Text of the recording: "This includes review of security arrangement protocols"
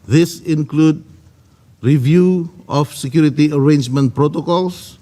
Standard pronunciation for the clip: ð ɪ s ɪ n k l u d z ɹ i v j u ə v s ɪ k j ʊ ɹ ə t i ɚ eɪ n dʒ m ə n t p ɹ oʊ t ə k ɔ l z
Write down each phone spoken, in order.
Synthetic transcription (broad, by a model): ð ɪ s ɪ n k l u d ɹ i v j u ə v s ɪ k j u ɹ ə t i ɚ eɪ n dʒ m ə n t p ɹ oʊ t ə k ɔ l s